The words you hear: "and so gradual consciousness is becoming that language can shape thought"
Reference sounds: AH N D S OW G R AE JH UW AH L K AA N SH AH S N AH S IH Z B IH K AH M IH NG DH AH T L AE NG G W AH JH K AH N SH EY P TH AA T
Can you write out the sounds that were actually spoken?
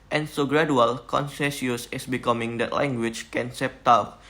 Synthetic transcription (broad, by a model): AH N S OW G R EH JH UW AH L K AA N S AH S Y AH S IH S B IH K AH M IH NG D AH T L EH NG G W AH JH K AH N S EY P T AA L